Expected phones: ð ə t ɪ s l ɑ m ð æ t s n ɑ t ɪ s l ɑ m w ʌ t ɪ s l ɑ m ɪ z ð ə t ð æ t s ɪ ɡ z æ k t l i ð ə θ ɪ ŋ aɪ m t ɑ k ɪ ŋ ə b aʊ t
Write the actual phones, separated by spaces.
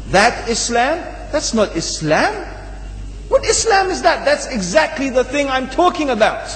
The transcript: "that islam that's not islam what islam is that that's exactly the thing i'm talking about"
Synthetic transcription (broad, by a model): ð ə t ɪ s l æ m ð æ t s n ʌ t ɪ s l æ m w ʌ t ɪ s l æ m ɪ z ð ə t ð æ t s ɪ ɡ z æ k t l i ð ə θ ɪ ŋ aɪ m t ɑ k ɪ ŋ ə b aʊ t